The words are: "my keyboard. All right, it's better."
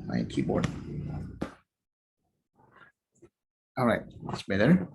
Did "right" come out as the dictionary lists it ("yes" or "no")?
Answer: no